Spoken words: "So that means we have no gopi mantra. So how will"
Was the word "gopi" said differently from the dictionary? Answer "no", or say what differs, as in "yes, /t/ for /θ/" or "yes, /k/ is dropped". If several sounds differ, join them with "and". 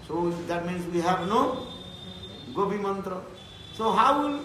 yes, /b/ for /p/